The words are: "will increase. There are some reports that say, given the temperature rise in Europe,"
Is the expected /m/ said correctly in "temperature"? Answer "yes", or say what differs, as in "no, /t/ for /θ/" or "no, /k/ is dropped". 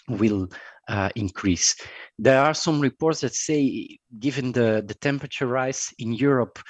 yes